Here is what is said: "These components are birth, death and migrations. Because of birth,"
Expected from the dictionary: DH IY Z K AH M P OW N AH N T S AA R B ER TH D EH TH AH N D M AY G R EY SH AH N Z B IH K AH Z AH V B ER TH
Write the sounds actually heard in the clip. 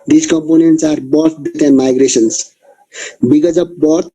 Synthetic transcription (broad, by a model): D IY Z K AH M P OW N AH N T S AA R B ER T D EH T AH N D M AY G R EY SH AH N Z B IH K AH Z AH P B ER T